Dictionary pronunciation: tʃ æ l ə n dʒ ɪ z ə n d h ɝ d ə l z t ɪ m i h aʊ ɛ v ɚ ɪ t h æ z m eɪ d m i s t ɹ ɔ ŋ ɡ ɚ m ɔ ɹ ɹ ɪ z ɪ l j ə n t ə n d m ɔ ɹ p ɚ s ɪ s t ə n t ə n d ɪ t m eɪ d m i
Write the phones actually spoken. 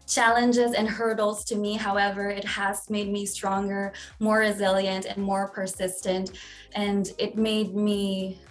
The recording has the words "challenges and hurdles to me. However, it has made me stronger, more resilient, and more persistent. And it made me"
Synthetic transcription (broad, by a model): tʃ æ l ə n dʒ ɪ z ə n h ɝ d l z t ɪ m i h aʊ ɛ v ɚ ɪ t h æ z m eɪ d m i s t ɹ ɔ ŋ ɡ ɚ m ɔ ɹ ɹ ɪ z ɪ l j ə n t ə n m ɔ ɹ p ɚ s ɪ s t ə n t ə n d ɪ t m eɪ d m i